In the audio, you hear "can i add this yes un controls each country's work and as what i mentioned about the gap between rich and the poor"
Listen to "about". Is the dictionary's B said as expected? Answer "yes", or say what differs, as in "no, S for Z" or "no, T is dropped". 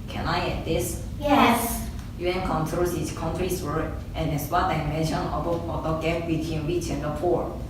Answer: no, B is dropped